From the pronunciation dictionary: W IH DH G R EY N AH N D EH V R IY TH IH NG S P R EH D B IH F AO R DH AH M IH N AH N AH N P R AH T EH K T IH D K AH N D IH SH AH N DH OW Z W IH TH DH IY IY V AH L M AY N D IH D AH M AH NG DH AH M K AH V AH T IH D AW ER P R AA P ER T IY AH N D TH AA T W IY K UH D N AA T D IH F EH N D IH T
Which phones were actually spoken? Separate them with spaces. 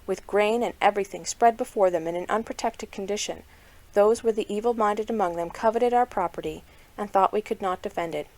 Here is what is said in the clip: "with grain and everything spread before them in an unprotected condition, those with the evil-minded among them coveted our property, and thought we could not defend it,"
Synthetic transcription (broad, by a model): W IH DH G R EY N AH N EH V R IY TH IH NG S P R EH D B IH F AO R DH AH M IH N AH N AH N P R AH T EH K T IH D K N D IH SH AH N DH OW Z W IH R DH IY IY V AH L M AY N D IH D AH M AH NG DH AH M K AH V AH T IH D AW ER P R AA P ER T IY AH N TH AA T W IY K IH D N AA T D IH F EH N D IH T